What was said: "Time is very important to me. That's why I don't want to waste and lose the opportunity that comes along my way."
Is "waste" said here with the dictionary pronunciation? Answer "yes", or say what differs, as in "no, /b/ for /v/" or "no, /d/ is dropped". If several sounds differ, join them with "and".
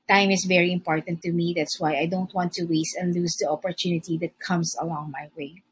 yes